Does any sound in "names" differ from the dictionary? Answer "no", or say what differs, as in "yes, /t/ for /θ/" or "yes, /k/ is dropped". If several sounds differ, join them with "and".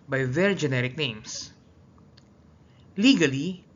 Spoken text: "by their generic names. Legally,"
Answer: yes, /s/ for /z/